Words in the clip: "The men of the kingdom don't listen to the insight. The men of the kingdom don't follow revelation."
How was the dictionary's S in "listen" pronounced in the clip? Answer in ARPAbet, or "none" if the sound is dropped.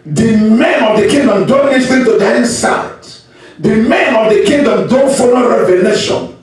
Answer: TH